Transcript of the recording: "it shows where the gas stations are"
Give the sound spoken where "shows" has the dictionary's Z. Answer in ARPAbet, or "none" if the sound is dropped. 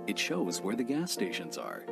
Z